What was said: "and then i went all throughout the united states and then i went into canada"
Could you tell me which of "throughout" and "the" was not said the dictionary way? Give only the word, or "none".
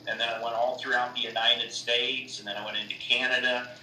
none